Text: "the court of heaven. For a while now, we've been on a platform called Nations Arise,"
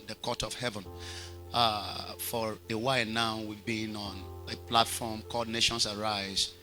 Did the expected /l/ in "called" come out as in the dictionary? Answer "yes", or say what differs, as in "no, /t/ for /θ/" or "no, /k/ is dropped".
no, /l/ is dropped